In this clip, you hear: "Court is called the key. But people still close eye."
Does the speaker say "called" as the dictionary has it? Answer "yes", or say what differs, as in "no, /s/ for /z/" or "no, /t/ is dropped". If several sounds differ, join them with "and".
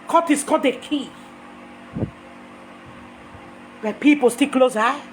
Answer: no, /l/ is dropped